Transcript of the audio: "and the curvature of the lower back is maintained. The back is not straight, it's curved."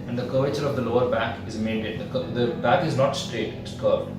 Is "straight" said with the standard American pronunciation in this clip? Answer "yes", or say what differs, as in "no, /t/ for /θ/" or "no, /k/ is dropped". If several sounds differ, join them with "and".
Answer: yes